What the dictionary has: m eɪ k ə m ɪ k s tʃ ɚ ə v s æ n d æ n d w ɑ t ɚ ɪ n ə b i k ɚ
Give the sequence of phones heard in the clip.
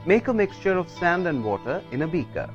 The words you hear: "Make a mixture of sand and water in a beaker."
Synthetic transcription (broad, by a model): m eɪ k ə m ɪ k s tʃ ɚ ə v s æ n d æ n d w ɑ t ɚ ɪ n ə b i k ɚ